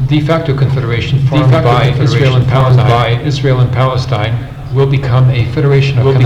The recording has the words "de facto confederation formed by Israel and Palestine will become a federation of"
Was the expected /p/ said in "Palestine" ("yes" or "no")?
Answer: yes